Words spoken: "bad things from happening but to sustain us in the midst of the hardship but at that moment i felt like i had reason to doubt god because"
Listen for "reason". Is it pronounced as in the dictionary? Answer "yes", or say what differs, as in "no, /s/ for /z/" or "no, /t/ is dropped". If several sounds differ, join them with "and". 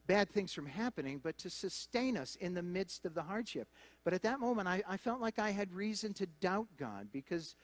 yes